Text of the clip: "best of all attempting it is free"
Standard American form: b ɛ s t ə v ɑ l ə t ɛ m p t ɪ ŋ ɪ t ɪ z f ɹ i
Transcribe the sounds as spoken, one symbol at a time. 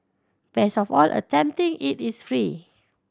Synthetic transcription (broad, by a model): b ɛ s ə f ɑ l ə t ɛ m p t ɪ ŋ ɪ t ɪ s f ɹ i